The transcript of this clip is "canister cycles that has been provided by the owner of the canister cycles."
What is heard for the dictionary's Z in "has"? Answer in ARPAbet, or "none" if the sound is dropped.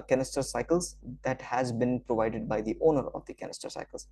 Z